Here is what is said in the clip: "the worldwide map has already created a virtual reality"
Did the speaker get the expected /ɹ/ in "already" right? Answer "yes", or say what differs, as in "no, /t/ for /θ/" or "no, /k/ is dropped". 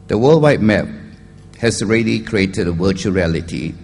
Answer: yes